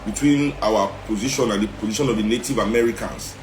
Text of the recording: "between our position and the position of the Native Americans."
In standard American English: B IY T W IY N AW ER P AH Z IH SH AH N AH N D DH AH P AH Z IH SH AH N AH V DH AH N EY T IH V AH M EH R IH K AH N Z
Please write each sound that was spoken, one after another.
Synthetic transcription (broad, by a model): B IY T W IY N AW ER P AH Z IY SH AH N AH N D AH P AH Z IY SH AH N AH V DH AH N EY T IH V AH M EH R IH K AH N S